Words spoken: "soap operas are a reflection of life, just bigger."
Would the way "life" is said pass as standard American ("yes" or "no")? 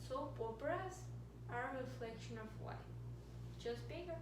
no